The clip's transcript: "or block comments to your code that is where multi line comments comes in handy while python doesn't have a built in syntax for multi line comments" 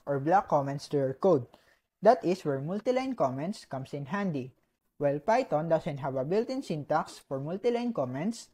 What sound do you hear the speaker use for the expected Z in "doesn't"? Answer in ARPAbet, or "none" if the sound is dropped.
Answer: S